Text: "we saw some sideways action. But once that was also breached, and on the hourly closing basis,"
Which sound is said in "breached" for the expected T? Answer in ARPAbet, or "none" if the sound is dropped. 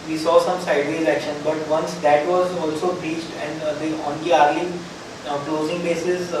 T